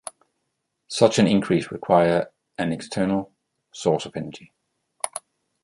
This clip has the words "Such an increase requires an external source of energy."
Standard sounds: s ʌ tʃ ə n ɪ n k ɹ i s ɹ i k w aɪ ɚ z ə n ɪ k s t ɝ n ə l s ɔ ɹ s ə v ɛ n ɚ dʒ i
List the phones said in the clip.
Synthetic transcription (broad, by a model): s ʌ tʃ ə n ɪ n k ɹ i s ɹ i k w aɪ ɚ ə n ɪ k s t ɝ n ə l s ɔ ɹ s ə v ɛ n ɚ dʒ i